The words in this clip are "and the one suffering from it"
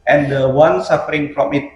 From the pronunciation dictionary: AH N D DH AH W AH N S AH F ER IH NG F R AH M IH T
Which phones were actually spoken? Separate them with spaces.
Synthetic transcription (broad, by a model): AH N D AH W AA N S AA F ER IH NG P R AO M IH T